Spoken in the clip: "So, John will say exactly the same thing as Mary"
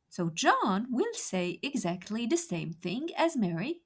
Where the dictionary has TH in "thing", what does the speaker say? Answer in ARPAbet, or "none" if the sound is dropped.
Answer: TH